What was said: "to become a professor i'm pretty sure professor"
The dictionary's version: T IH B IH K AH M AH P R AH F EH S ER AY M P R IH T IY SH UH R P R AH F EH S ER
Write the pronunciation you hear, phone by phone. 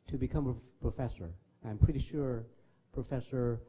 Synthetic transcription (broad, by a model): T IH B IH K AH M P P R AH F EH S ER AY M P R IH T IY SH UH R P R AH F EH S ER